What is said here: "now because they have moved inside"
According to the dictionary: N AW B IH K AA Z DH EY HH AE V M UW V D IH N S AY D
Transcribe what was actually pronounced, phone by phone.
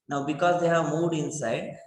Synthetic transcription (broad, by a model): N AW B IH K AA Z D EY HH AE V M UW D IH N S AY D